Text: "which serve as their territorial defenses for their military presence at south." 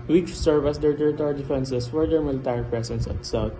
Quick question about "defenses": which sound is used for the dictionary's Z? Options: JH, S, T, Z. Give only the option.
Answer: S